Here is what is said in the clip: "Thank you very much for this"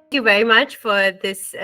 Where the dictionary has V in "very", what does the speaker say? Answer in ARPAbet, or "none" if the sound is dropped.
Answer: V